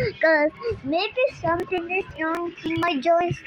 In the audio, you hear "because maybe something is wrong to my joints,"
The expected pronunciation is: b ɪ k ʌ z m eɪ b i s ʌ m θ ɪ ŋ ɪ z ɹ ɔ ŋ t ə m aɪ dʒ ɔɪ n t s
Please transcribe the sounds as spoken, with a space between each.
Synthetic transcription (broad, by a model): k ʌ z m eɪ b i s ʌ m t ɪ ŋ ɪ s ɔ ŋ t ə m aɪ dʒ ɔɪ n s